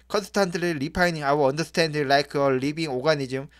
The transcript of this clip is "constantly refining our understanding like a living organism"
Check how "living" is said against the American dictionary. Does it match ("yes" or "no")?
no